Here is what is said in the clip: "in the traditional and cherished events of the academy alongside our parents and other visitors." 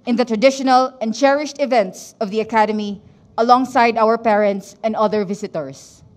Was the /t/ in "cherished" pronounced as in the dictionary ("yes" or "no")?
yes